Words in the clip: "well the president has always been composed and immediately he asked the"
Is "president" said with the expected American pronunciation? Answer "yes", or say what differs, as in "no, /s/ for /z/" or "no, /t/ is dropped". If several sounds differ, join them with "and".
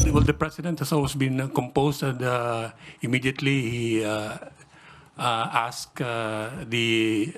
no, /s/ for /z/